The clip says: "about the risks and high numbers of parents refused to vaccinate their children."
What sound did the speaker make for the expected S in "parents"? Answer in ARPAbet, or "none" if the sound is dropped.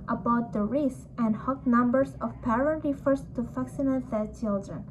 none